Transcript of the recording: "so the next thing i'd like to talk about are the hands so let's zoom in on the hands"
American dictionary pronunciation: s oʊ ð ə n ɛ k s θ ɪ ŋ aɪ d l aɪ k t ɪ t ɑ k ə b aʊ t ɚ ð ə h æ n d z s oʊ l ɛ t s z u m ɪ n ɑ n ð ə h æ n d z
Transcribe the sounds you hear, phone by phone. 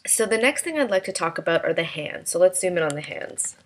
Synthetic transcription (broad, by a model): s oʊ ð ə n ɛ k s θ ɪ ŋ aɪ d l aɪ k t ɪ t ɑ k ə b aʊ t ɚ ð ə h æ n d z s oʊ l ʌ t s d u m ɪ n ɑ n ð ə h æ n d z